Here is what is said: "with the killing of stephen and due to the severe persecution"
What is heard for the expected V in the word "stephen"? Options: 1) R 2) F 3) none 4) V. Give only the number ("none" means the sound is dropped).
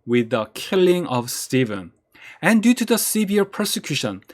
4